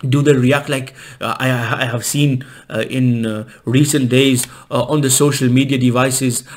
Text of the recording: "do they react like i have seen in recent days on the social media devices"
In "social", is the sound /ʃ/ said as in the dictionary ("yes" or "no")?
yes